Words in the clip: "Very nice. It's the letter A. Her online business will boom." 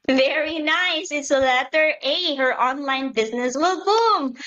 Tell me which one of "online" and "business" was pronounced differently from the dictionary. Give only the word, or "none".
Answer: none